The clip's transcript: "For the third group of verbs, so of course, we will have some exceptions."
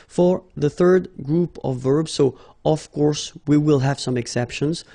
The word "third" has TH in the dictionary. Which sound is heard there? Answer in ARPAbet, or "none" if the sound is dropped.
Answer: TH